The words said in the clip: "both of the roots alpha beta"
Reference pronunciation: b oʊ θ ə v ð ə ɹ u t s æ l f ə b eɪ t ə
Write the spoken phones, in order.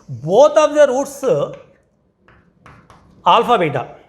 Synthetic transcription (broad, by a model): b oʊ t ə v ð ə ɹ u t s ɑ l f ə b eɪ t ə